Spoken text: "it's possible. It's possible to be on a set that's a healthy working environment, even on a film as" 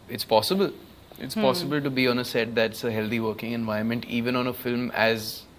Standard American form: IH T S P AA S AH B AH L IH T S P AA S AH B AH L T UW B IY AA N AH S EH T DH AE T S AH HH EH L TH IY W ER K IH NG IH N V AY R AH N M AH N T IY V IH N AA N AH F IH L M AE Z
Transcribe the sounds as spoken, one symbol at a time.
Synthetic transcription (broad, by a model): IH T S P AA S AH B AH L IH T S P AA S AH B AH L T UW B IY AA N AH S EH T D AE T S AH HH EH L T IY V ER K IH NG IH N V AY AH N M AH N T IY V IH N AA N AH F IH L M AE Z